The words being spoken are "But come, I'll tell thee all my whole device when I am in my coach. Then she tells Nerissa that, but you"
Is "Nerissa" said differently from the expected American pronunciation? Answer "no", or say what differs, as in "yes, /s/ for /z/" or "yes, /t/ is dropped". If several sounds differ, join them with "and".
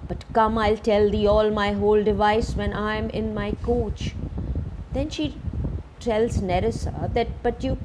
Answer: no